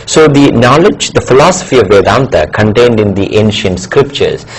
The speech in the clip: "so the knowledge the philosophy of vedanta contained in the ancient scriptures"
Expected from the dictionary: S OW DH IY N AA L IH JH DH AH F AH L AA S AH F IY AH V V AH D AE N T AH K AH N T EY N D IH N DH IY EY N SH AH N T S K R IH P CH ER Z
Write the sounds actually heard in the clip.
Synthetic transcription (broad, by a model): S OW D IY N AA L IH JH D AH F AH L AA S AH F IY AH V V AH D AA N T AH K AH N T EY N D IH N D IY EY N SH AH N T S K R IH P CH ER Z